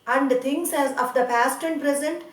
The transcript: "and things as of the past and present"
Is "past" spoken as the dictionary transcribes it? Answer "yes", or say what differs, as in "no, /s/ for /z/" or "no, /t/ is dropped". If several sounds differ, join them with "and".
yes